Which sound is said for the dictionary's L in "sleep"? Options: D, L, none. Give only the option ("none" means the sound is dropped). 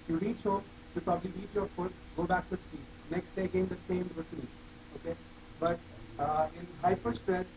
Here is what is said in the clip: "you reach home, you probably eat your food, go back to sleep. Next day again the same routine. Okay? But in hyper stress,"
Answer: none